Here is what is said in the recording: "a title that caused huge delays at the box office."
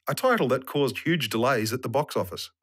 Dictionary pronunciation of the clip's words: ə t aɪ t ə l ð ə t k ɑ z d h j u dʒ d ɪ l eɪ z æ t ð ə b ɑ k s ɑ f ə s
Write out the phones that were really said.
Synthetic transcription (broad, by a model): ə t aɪ t l ð ə t k ɑ z d h j u dʒ d ɪ l eɪ z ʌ t ð ə b ɑ k s ɑ f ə s